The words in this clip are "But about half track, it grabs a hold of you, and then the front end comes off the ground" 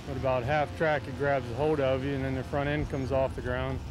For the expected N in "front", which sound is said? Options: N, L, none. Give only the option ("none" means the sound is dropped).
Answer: none